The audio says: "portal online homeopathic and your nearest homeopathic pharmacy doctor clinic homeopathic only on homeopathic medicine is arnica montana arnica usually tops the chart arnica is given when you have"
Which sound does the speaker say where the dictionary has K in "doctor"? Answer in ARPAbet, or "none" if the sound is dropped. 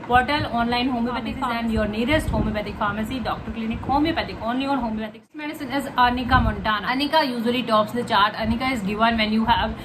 K